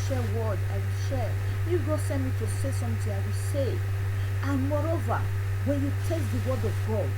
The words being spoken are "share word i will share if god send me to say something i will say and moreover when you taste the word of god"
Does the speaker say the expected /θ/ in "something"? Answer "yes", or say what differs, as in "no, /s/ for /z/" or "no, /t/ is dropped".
no, /t/ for /θ/